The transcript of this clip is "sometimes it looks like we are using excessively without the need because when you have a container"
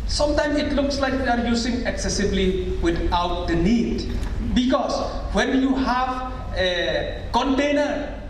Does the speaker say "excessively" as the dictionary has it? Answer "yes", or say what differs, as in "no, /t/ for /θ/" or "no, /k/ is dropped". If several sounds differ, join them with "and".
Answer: no, /b/ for /v/